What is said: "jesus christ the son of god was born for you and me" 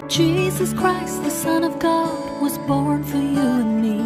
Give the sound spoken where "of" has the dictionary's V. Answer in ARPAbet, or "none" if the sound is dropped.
V